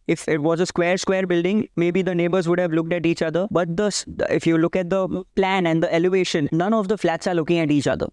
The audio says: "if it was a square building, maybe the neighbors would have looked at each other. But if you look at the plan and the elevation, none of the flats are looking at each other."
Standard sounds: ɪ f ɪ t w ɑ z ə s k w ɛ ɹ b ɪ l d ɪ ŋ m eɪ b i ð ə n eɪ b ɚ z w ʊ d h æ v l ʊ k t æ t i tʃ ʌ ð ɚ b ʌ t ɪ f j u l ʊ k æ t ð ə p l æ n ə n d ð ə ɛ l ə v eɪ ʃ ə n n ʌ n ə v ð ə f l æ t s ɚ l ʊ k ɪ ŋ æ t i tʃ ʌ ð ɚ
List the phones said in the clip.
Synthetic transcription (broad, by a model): ɪ f ɪ t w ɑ z ə s k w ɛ ɹ b ɪ l d ɪ ŋ m eɪ b i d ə n eɪ b ɚ z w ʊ d h æ v l ʊ k t æ t i tʃ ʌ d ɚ b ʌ t ɪ f j u l ʊ k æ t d ə p l æ n ə n d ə ɛ l ə v eɪ ʃ ə n n ʌ n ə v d ə f l æ t s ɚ l ʊ k ɪ ŋ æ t i tʃ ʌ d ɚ